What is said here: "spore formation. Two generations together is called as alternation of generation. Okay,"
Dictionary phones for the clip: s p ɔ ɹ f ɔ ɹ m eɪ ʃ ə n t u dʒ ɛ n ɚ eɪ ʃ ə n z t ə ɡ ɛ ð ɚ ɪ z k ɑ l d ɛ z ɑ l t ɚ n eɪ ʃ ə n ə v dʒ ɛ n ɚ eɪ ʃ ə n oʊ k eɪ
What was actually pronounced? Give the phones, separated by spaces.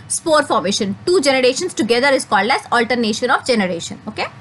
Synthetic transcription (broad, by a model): s p ɔ ɹ f ɔ ɹ m eɪ ʃ ə n t u dʒ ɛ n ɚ eɪ ʃ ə n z t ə ɡ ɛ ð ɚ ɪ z k ɑ l d ɛ z ɑ l t ɚ n eɪ ʃ ə n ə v dʒ ɛ n ɚ eɪ ʃ ə n oʊ k eɪ